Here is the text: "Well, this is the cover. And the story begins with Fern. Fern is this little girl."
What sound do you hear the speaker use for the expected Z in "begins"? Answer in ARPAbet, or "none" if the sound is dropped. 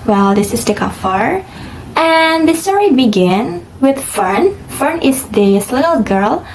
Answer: none